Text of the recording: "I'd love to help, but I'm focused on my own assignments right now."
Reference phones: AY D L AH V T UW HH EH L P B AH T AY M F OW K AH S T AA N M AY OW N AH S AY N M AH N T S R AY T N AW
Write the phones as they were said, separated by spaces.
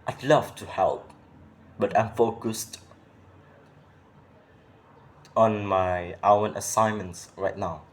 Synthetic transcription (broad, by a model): AY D L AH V T UW HH EH L P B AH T AY M F OW K AH S T AA N M AY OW N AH S AY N M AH N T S R AY T N AW